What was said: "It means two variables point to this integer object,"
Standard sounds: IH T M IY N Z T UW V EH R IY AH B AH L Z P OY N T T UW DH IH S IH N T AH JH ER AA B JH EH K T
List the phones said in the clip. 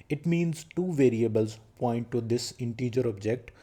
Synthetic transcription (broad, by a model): IH T M IY N Z T UW V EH R IY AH B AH L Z P OY N T T UW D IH S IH N T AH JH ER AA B JH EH K T